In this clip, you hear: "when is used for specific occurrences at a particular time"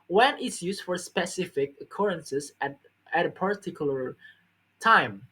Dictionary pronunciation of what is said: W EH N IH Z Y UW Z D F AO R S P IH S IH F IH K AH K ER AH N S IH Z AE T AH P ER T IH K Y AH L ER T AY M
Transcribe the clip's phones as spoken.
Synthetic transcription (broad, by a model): W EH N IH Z Y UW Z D F AO R S P IH S IH F IH K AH K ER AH N S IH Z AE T AH P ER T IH K Y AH ER T AY M